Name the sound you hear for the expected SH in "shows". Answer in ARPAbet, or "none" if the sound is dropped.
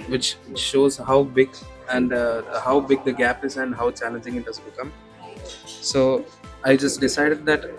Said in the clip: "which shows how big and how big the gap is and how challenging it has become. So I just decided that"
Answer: SH